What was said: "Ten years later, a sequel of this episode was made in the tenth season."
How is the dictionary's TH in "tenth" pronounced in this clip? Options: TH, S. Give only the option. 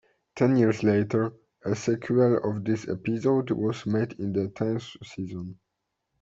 S